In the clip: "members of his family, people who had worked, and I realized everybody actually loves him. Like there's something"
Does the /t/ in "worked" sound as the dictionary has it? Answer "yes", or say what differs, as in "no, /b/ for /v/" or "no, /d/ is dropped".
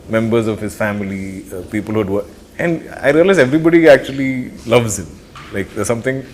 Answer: no, /t/ is dropped